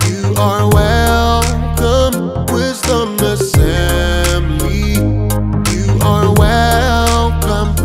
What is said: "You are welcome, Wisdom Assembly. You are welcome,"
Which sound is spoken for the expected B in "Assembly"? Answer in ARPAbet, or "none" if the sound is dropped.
none